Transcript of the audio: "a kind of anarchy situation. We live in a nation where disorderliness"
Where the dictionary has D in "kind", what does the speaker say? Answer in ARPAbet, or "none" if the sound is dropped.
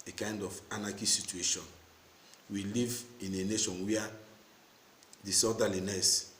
D